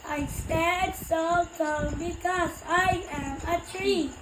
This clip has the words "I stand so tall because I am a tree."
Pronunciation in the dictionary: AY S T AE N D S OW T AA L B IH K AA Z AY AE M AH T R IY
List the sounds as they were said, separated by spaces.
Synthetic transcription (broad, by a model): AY S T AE D S OW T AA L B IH K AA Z AY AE M AH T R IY